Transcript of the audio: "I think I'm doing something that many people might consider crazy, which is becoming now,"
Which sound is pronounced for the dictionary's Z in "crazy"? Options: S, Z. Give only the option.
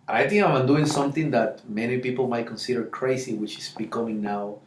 S